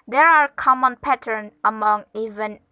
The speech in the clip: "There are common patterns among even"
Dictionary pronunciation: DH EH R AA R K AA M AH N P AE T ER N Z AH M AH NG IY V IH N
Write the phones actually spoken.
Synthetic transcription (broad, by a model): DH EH R AA R K AA M AH N P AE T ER N AH M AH NG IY V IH N